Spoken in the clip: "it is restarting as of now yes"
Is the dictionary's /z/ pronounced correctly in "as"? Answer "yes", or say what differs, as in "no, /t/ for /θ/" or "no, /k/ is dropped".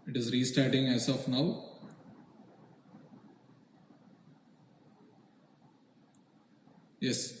no, /s/ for /z/